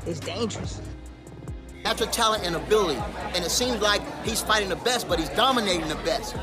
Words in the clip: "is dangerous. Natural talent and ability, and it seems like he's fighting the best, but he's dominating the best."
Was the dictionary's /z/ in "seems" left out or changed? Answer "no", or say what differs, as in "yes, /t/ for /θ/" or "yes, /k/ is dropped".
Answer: no